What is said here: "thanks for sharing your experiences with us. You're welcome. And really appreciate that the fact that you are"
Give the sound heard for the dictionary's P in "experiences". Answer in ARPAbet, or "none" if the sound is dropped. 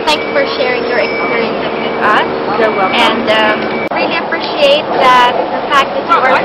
none